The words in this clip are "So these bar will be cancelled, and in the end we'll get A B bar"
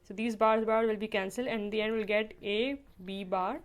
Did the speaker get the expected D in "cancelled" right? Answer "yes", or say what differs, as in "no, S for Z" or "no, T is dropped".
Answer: no, D is dropped